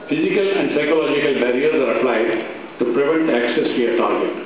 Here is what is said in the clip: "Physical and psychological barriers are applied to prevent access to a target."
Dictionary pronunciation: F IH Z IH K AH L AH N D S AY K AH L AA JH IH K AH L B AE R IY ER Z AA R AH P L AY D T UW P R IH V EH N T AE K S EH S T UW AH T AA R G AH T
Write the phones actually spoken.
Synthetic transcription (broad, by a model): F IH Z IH K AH L AH N D S AY K AH L AA JH IH K AH L B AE R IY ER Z AA R AH P L AY D T UW P R IH V EH N T AE K S EH S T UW AH T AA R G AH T